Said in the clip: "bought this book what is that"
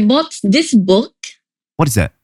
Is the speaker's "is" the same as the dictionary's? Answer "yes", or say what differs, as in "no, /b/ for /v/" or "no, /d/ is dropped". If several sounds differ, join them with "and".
yes